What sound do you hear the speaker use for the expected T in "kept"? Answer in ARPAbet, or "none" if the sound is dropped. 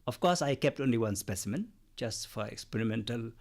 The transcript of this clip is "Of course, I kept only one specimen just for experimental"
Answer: T